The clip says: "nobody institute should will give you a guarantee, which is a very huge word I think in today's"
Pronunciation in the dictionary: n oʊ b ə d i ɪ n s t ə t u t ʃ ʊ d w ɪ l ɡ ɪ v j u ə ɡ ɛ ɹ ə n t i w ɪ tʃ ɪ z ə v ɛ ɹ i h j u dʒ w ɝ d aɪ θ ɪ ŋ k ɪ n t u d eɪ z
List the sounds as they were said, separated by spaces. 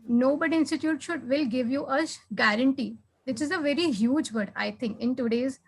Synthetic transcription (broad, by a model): n oʊ b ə d i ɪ n s t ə t u t ʃ ʊ d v ɪ l ɡ ɪ v j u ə ɡ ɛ ɹ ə n t i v ɪ tʃ ɪ z ə v ɛ ɹ i h j u dʒ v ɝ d aɪ t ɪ ŋ k ɪ n t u d eɪ z